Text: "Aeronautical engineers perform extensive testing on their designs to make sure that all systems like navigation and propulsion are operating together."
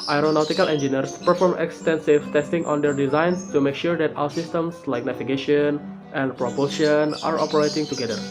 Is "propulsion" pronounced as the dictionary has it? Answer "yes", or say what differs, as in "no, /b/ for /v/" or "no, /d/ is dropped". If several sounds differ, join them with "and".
no, /l/ is dropped